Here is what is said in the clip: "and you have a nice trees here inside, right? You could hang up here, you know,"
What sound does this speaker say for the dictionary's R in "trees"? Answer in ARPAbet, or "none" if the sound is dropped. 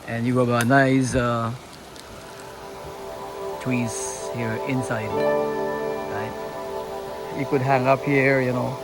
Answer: W